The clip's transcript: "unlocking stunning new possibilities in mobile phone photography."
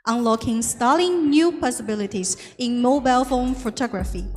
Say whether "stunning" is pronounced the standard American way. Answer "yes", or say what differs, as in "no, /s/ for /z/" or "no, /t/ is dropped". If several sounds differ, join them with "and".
no, /l/ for /n/